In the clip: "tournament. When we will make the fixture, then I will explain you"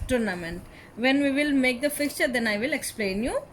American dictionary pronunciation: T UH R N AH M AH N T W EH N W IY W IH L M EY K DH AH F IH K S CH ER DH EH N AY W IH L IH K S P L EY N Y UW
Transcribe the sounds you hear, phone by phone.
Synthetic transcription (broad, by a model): T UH R N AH M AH N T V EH N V IY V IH L M EY K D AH F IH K CH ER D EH N AY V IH L IH K S P L EY N Y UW